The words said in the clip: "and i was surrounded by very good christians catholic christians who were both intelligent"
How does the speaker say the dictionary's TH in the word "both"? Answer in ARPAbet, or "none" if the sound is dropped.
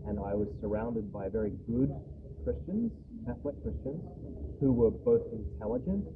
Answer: TH